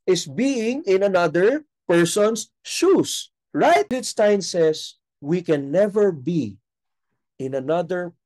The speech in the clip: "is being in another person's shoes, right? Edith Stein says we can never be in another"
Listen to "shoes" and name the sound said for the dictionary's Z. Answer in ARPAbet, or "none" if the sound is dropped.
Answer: S